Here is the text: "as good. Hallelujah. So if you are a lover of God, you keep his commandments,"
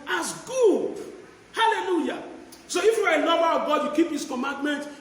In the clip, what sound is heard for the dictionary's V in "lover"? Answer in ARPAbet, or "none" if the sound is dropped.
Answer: B